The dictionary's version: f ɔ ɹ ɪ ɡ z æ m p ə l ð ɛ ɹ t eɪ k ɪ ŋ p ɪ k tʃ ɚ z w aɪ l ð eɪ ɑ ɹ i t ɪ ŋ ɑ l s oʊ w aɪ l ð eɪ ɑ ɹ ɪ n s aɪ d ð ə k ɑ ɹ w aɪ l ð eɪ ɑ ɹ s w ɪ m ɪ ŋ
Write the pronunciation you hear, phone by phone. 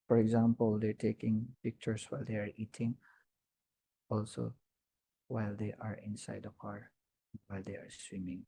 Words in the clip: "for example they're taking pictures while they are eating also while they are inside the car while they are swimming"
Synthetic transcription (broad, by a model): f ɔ ɹ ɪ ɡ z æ m p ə l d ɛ ɹ t eɪ k ɪ ŋ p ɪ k tʃ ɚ s w aɪ l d eɪ ɑ ɹ i t ɪ ŋ ɑ l s oʊ w aɪ l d eɪ ɑ ɹ ɪ n s aɪ d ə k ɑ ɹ w aɪ l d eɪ ɑ ɹ s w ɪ m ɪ ŋ